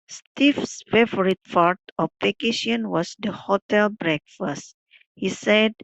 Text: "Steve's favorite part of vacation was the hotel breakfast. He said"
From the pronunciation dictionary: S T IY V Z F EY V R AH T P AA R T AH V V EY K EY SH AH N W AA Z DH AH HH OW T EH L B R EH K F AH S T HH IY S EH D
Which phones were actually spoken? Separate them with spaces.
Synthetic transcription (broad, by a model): S T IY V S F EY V R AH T F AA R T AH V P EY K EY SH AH N W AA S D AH HH OW T EH L B R EH K F AH S T HH IY S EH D